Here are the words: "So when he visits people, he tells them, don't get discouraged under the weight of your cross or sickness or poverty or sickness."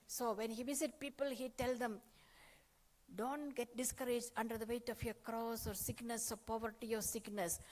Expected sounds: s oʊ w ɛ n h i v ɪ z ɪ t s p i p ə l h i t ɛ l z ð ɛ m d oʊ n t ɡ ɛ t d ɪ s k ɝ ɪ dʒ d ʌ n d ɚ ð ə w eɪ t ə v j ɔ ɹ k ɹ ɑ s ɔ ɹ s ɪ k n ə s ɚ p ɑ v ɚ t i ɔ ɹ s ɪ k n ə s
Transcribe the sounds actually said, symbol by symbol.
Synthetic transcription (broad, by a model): s oʊ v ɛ n h i v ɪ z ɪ t p i p ə l h i t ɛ l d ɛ m d oʊ n t ɡ ɛ t d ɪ s k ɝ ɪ dʒ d ʌ n d ɚ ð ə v eɪ t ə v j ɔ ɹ k ɹ ɑ s ɔ ɹ s ɪ k n ə s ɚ p ɑ v ɚ t i ɔ ɹ s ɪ k n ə s